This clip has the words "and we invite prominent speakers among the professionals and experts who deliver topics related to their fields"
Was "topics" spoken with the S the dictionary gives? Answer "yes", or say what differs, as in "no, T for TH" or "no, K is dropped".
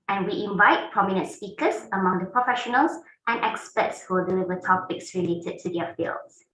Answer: yes